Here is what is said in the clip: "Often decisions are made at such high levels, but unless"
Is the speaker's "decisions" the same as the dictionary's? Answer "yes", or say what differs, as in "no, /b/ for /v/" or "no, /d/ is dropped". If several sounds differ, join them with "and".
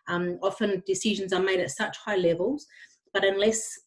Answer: yes